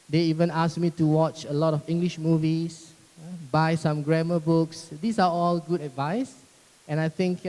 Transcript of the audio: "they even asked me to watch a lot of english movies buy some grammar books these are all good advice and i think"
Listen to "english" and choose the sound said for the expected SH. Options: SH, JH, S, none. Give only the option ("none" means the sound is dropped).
SH